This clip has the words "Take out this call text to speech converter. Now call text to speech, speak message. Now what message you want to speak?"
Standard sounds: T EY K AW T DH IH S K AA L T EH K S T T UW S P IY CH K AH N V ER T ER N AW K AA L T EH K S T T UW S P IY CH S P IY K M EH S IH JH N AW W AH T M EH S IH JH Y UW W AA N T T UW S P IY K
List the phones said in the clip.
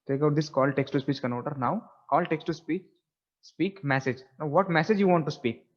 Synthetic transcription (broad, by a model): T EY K AW T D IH S K AA L T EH K S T T UW S P IY CH K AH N AO T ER N AW K AA L T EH K S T T UW S P IY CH S P IY K M EH S IH JH N AW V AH T M EH S IH JH Y UW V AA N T T UW S P IY K